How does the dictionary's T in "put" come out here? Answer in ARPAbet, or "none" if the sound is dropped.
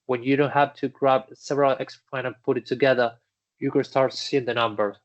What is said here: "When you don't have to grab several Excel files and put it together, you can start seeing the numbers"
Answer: T